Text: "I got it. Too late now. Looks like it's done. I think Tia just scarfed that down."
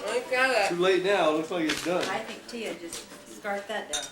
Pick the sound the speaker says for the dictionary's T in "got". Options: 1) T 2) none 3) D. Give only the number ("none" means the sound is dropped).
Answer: 2